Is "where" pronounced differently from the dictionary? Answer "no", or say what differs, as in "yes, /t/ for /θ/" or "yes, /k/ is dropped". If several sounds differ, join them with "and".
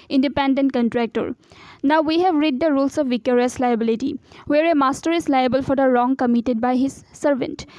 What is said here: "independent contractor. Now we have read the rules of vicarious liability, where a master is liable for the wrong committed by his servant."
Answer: no